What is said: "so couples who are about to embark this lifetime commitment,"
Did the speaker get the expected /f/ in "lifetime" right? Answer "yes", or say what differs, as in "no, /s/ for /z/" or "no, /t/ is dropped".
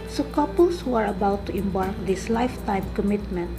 yes